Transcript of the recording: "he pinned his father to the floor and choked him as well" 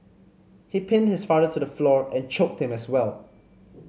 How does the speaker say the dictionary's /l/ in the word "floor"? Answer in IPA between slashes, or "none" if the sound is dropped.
/l/